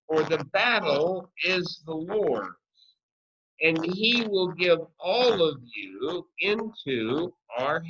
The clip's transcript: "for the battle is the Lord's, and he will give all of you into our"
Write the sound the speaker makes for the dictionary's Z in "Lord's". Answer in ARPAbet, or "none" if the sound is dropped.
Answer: none